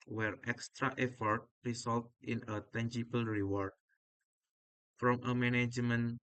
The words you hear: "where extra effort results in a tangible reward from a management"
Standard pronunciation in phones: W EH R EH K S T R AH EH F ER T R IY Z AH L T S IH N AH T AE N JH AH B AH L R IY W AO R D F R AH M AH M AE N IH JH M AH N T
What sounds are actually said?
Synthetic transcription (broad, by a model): W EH R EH K S T R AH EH F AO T R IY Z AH L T IH N AH T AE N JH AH B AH L R IY W AO R D F R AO M AH M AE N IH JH M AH N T